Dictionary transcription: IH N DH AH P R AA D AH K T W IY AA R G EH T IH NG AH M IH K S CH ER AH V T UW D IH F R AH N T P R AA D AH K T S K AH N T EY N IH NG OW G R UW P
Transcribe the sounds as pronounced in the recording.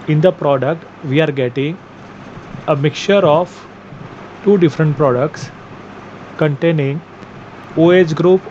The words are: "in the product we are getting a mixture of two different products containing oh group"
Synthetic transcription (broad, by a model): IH N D AH P R AA D AH K T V IY AA R G EH T IH NG AH M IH K CH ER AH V T UW D IH F R AH N T P R AA D AH K T S K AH N T EY N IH NG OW G R UW P